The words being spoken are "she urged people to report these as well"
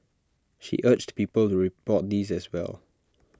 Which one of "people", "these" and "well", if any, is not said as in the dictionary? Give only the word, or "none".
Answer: none